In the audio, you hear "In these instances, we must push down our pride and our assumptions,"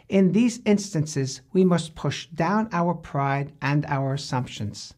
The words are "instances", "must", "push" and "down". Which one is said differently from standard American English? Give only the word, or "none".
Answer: none